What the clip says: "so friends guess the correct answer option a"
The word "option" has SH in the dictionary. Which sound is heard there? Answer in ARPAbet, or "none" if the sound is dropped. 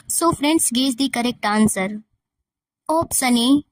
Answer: S